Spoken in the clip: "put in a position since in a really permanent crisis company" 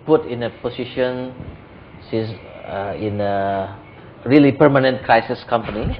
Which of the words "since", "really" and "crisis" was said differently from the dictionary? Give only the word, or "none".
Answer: since